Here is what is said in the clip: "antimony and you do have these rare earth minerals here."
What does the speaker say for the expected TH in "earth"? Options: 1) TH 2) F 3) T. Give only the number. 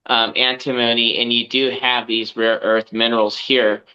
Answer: 1